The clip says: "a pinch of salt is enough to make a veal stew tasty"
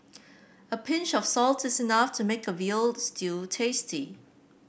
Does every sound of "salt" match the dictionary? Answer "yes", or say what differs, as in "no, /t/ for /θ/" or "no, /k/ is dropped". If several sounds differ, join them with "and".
yes